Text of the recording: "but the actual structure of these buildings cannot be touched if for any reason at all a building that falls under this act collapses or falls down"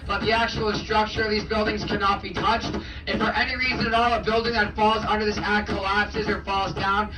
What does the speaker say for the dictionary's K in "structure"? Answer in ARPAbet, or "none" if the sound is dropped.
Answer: K